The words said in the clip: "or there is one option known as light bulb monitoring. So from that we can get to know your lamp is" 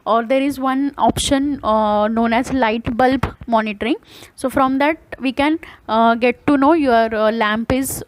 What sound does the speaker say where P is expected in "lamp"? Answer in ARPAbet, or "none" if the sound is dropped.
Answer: P